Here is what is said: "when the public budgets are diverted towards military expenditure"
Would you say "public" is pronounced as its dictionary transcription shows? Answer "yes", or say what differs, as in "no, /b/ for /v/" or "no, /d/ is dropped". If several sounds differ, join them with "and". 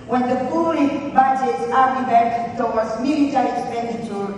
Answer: no, /b/ is dropped